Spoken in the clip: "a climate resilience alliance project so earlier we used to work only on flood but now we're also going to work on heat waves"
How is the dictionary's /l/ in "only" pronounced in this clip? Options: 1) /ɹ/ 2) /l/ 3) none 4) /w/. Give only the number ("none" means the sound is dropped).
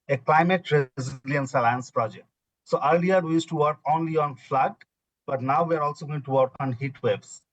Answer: 2